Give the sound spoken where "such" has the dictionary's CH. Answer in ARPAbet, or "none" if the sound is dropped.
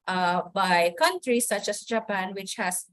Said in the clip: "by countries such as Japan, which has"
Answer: CH